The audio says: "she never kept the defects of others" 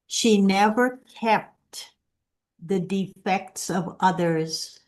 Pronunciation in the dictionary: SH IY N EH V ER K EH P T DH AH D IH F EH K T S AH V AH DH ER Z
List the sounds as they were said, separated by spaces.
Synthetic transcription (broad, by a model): SH IY N EH V ER K EH P T DH AH D IH F EH K T S AH V AH DH ER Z